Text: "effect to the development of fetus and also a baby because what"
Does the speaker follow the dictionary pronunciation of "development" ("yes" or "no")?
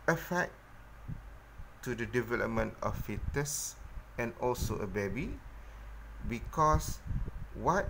yes